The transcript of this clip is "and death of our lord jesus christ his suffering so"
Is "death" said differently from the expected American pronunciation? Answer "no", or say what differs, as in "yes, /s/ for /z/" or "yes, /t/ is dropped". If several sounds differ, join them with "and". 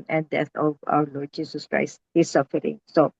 yes, /t/ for /θ/